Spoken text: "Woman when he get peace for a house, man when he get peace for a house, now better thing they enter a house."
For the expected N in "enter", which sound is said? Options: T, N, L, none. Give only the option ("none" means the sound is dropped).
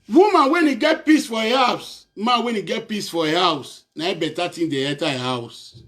none